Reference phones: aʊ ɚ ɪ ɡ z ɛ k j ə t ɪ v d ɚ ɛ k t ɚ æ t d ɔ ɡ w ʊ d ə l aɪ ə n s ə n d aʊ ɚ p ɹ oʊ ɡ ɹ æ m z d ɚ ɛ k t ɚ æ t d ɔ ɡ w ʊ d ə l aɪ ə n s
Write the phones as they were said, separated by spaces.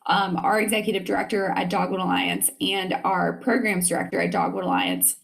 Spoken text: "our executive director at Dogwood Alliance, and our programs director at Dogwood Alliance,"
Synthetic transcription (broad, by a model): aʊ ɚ ɪ ɡ z ɛ k j ə t ɪ v d ɚ ɛ k t ɚ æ t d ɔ ɡ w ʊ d ə l aɪ ə n s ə n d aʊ ɚ p ɹ oʊ ɡ ɹ æ m z d ɚ ɛ k t ɚ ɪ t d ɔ ɡ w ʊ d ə l aɪ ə n s